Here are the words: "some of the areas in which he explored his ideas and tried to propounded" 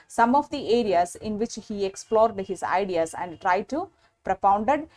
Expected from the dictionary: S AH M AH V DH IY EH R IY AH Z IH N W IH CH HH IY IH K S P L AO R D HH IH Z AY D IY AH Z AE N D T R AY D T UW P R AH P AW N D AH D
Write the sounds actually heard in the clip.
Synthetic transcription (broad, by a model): S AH M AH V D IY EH R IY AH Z IH N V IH CH HH IY IH K S P L AO R D HH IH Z AY D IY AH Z AE N D T R AY D T UW P R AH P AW N D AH D